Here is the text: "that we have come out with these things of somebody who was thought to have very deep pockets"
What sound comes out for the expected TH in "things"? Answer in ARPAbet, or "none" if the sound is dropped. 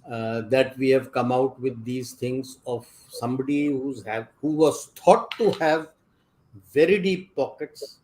T